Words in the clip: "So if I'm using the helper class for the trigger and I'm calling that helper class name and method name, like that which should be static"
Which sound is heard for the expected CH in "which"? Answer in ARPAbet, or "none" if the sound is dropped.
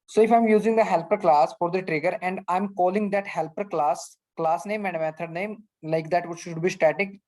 SH